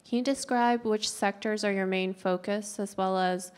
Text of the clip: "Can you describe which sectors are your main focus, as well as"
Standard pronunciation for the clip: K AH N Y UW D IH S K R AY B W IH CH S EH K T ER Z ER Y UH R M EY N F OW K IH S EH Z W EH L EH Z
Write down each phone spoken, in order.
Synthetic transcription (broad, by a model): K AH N D IH S K R AY B W IH CH S EH K T ER Z ER Y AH R M EY N F OW K IH S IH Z W EH L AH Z